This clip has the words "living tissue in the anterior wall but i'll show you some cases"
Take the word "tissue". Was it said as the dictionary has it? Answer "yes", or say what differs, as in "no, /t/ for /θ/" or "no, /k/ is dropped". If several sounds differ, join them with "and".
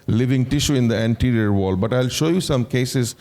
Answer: yes